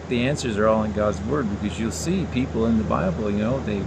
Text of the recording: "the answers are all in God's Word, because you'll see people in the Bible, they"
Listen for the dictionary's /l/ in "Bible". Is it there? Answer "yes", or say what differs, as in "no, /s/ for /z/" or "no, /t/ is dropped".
no, /n/ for /l/